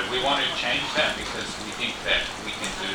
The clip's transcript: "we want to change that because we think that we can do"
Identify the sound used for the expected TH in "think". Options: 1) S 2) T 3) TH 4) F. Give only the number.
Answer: 3